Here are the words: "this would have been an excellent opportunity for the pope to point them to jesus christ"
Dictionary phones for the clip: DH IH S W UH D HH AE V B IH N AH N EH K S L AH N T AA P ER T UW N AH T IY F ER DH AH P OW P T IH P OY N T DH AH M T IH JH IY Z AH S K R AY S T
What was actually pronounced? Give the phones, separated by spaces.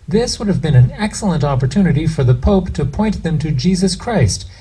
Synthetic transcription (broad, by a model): DH IH S W UH D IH V B IH N AH N EH K S L AH N T AA P ER T UW N AH T IY F ER DH AH P OW P T IH P OY N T DH AH M T IH JH IY Z AH S K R AY S T